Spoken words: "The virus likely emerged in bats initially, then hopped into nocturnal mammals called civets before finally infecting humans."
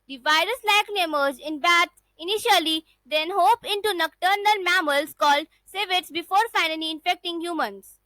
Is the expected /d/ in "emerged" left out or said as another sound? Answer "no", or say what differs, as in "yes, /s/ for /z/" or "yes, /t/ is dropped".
yes, /d/ is dropped